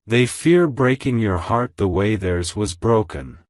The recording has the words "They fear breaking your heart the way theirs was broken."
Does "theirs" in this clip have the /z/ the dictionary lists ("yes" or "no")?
yes